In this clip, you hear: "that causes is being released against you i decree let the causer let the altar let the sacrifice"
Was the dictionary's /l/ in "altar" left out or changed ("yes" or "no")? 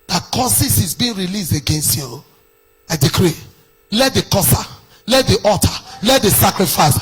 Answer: yes